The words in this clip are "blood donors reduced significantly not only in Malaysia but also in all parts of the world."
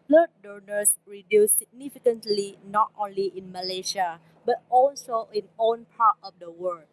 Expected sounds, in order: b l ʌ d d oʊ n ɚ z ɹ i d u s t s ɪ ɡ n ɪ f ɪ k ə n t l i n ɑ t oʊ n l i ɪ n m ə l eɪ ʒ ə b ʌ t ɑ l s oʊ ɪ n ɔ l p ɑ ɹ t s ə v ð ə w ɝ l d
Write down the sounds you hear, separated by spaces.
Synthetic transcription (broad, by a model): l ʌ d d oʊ n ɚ s ɹ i d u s s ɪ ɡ n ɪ f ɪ k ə n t l i n ɑ t oʊ n l i ɪ n m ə l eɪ ʃ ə b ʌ t ɑ l s oʊ ɪ n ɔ n p ɑ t ə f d ə w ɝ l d